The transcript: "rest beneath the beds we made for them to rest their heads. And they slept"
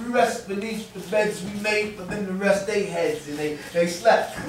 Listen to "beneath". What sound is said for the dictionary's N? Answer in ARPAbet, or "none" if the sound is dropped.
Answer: L